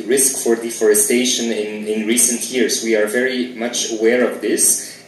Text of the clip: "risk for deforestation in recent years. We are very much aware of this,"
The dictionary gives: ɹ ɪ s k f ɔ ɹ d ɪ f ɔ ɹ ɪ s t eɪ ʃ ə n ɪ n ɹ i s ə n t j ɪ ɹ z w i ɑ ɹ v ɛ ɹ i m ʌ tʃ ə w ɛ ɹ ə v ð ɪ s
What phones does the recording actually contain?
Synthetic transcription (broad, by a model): ɹ ɪ s k f ɔ ɹ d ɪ f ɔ ɹ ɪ s t eɪ ʃ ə n ɪ n ɹ i s ə n t j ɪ ɹ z w i ɑ ɹ v ɛ ɹ i m ʌ tʃ ə w ɛ ɹ ə v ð ɪ s